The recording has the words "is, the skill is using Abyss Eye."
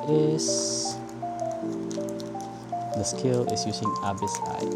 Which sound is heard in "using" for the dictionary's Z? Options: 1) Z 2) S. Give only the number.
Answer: 2